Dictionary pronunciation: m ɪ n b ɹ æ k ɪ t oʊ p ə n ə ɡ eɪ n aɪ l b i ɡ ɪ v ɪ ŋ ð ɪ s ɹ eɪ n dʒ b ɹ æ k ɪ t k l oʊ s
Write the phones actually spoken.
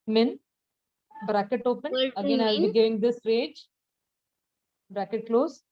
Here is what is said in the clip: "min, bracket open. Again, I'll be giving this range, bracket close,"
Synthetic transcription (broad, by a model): m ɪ n b ɹ æ k ɪ t oʊ p ə n ə ɡ eɪ n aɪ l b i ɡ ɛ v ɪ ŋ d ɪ s ɹ eɪ dʒ b ɹ æ k ɪ t k l oʊ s